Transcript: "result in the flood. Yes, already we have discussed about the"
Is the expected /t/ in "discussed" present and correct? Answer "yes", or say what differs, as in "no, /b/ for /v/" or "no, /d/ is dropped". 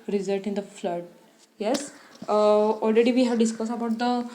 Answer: no, /t/ is dropped